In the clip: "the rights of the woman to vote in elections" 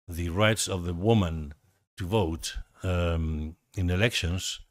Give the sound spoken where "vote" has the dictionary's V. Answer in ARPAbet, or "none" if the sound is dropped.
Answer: V